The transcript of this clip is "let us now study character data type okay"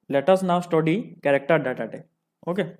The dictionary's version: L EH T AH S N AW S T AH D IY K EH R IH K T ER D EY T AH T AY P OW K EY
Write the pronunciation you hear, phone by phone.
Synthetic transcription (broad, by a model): L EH T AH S N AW S T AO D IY K EH R IH K T ER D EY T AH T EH OW K EY